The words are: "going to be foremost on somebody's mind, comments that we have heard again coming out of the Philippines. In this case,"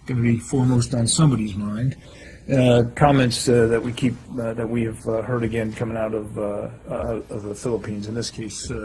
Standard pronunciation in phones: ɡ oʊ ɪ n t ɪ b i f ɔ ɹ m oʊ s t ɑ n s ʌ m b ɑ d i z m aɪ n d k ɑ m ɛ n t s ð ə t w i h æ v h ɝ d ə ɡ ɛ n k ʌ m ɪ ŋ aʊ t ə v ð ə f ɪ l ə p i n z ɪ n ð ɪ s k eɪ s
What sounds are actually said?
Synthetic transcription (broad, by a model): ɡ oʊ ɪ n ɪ b i f ɔ ɹ m oʊ s t n s ʌ m b ɑ d i z m aɪ n d k ɑ m ɛ n t s ð ə t w i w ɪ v h ɝ d ə ɡ ɛ n k ʌ m ɪ ŋ aʊ t ə v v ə f ɪ l ə p i n z ɪ n ð ɪ s k eɪ s